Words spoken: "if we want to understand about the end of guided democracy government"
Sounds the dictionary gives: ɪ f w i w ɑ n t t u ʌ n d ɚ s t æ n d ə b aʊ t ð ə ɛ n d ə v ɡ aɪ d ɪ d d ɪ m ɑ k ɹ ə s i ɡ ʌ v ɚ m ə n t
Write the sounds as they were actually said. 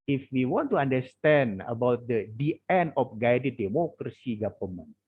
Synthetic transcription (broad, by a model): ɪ f w i w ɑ n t t u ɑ n d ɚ s t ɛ n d ə b aʊ t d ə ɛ n ə f ɡ aɪ d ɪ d d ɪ m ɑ k ɹ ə s i ɡ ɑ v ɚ m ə n